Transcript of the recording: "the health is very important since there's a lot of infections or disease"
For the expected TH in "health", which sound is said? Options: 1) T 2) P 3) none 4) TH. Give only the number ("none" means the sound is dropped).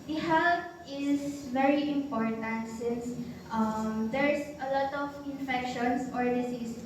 1